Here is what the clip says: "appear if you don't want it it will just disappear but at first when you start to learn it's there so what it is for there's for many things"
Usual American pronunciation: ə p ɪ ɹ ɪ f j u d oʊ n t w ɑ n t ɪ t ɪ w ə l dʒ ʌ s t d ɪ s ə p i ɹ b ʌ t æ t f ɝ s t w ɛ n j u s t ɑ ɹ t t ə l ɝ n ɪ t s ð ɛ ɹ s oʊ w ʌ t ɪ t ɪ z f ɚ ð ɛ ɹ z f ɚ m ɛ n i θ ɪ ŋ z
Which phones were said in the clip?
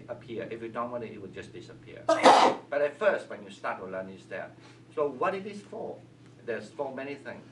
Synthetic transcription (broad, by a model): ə p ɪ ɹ ɪ f j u d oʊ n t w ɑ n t ɪ t ɪ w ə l dʒ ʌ s d ɪ s ə p i ɹ b ʌ t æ t f ɝ s t w ɛ n j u s t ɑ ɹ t t ə l ɝ n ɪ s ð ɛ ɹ s oʊ w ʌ t ɪ t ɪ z f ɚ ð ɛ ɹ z f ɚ m ɛ n i θ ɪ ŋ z